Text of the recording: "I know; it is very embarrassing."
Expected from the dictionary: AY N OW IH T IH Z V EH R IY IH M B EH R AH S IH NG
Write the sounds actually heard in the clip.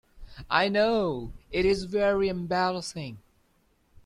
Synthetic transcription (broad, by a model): AY N OW IH T IH Z V EH R IY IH M B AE L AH S IH NG